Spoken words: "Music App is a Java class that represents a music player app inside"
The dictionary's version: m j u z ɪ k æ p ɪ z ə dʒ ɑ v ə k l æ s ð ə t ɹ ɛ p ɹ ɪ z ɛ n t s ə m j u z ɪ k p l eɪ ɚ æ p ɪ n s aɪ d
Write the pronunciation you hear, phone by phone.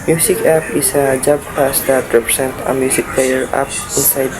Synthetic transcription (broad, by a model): m j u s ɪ k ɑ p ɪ s ə dʒ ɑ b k ɑ s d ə t ɹ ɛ p ɹ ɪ s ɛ n t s ə m j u s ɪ k p l eɪ ɚ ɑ p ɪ n s aɪ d